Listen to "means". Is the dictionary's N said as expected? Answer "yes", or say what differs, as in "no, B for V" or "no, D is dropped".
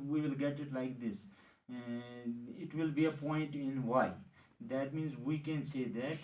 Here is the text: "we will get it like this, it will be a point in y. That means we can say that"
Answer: yes